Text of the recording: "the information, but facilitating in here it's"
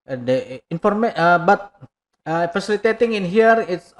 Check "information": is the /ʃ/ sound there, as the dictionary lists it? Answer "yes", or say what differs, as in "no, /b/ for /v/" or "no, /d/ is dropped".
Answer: no, /ʃ/ is dropped